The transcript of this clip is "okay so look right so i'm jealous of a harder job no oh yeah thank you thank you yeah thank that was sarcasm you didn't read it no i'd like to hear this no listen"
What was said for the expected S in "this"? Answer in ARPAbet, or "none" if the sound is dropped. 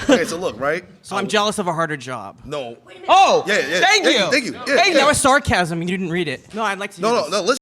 none